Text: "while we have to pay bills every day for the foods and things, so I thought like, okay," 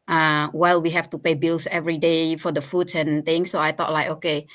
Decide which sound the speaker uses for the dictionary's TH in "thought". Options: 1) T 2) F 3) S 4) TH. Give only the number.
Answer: 1